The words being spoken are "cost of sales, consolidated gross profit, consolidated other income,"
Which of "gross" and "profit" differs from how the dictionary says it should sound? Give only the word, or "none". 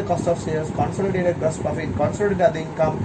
gross